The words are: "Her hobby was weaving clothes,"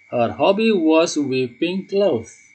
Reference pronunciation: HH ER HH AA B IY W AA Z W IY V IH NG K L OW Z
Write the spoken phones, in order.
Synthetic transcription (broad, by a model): HH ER HH AA B IY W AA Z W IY P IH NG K L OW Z